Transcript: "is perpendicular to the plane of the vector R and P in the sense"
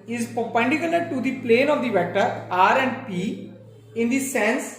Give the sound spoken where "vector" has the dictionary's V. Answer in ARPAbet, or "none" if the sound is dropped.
V